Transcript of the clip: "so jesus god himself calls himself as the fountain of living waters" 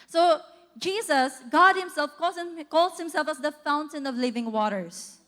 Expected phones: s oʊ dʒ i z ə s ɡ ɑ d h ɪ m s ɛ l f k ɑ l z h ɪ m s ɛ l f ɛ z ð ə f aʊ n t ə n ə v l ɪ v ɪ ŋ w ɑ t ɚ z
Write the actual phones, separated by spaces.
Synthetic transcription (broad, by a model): s oʊ dʒ i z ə s ɡ ɑ d h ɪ m s ɛ l f k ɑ l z h ɪ m s ɛ l f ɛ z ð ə f aʊ n t ə n ə v l ɪ v ɪ ŋ w ɑ t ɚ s